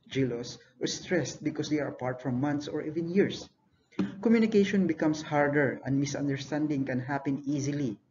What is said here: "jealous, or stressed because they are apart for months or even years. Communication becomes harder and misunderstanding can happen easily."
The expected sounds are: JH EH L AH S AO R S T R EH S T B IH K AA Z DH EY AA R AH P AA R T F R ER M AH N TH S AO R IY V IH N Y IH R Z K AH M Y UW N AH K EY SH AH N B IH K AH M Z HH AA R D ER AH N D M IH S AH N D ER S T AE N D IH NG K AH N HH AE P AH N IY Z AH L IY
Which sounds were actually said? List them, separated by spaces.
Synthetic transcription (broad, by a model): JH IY L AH S AO R S T R EH S T B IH K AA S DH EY AA R AH P AA R T F R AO M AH N T S AO R IY V IH N Y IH R S K AH M Y UW N AH K EY SH AH N B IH K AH M S HH AA R D ER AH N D M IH S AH N D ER S T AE N D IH NG K AH N HH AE P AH N IY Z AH L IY